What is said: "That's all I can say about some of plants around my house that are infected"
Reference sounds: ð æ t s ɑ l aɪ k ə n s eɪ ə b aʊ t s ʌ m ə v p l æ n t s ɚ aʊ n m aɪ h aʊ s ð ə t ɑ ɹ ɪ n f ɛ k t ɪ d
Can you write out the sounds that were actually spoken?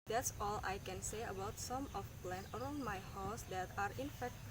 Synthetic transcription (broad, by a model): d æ t s ɑ l aɪ k ə n s eɪ ə b aʊ t s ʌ m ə f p l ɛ n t ɚ aʊ n m aɪ h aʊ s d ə t ɑ ɹ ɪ n f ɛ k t